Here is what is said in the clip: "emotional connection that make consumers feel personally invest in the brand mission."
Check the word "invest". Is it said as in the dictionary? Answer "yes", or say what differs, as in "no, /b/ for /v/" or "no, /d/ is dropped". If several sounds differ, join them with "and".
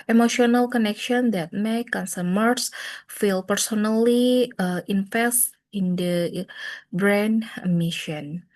no, /f/ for /v/